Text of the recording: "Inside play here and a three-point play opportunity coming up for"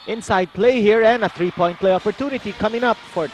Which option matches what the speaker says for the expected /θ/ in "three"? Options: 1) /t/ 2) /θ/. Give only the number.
1